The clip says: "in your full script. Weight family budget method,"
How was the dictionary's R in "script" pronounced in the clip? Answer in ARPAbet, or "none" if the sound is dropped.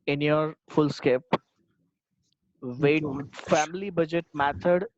none